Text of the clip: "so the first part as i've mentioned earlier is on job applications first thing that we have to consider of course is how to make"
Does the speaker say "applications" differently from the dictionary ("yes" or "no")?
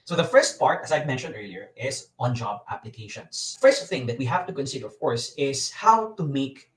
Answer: yes